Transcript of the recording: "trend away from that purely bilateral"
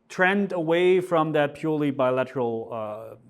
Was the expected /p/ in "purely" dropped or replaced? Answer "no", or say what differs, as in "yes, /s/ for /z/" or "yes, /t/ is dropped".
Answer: no